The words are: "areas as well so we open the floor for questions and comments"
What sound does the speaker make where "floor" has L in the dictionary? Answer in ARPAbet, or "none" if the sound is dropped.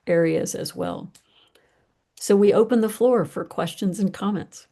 L